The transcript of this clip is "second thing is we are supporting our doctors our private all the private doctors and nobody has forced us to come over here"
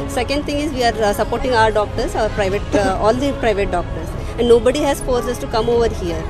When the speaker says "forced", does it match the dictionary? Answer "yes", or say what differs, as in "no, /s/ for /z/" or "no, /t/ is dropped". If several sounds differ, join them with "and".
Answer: no, /t/ is dropped